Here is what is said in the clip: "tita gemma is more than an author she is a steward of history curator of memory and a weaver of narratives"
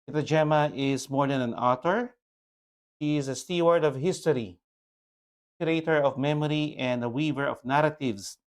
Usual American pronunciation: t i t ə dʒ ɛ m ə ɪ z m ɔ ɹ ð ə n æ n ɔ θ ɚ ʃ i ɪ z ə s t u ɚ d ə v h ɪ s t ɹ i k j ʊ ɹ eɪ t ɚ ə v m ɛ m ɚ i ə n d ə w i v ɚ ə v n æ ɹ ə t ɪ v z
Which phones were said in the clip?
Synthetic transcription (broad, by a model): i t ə dʒ ɛ m ə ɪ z m ɔ ɹ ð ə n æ n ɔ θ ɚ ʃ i ɪ z ə s t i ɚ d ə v h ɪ s t i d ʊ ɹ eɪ t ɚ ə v m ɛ m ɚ i ə n d ə w i v ɚ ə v n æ ɹ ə t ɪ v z